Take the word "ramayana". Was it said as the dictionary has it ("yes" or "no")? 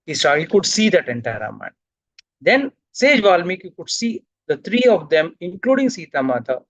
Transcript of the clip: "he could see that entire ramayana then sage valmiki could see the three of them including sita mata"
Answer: no